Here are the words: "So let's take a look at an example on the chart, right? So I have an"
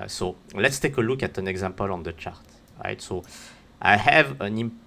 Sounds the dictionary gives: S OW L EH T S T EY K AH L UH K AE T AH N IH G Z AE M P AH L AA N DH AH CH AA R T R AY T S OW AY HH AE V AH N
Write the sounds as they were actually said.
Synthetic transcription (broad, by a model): S OW L EH T S T EY K AH L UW K AE T AH N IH G Z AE M P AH L AA N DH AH CH AA R T R AY T S OW AY HH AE V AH N